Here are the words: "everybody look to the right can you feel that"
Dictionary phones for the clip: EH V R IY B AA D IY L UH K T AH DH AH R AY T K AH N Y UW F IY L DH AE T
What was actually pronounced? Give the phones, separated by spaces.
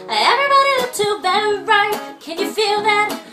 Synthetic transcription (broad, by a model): EH V R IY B AA D IY W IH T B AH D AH R AY T K AH N Y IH F IY L DH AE T